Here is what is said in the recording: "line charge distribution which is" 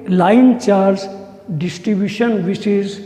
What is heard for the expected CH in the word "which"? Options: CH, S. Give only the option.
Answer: S